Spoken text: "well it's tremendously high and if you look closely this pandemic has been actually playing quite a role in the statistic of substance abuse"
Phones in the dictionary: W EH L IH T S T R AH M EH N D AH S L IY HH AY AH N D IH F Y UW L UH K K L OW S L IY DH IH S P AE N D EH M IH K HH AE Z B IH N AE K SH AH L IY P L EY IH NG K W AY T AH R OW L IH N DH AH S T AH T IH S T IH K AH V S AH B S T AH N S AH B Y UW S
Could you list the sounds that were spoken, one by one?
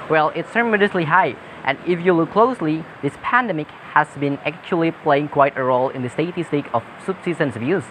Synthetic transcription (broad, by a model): W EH L IH T S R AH M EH D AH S L IY HH AY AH N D IH F Y UW L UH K K L OW S L IY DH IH S P AE N D EH M IH K HH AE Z B IH N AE K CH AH L IY P L EY IH NG K W AY T AH R OW L IH N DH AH S T AH T IH S T IH K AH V S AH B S S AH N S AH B Y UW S